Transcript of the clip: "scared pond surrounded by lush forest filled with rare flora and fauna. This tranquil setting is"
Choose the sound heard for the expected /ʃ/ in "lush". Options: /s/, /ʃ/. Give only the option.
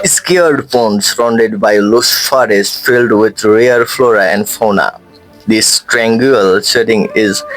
/s/